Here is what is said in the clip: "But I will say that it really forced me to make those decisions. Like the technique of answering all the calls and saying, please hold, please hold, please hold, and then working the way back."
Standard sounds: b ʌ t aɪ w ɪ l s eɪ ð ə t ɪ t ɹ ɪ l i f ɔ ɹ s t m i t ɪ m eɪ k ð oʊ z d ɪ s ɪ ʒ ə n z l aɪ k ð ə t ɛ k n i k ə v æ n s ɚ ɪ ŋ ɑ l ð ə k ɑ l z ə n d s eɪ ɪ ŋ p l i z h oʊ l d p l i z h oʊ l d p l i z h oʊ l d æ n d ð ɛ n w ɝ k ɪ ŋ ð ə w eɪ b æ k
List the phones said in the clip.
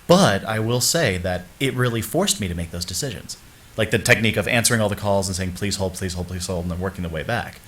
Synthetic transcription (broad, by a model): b ʌ t aɪ w ɪ l s eɪ ð ə t ɪ t ɹ ɪ l i f ɔ ɹ s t m i t ɪ m eɪ k ð oʊ z d ɪ s ɪ ʒ ə n z l aɪ k ð ə t ɛ k n i k ə v æ n s ɚ ɪ ŋ ɑ l ð ə k ɑ l z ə n s eɪ ɪ ŋ p l i z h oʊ l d p l i z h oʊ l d p l i z h oʊ l d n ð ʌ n w ɝ k ɪ ŋ ð ə w eɪ b æ k